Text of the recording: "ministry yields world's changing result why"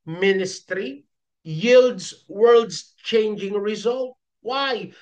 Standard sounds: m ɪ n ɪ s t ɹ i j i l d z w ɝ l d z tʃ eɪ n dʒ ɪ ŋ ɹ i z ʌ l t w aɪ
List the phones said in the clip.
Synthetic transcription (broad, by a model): m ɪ n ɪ s t ɹ i j i l d z w ɝ l d z tʃ eɪ n dʒ ɪ ŋ ɹ i z ʌ l t w aɪ